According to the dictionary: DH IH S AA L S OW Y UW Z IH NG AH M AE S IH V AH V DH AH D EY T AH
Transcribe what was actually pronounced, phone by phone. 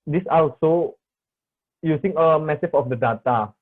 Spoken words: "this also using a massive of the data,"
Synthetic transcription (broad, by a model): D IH S AA L S OW Y UW S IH NG AH M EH S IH F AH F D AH D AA T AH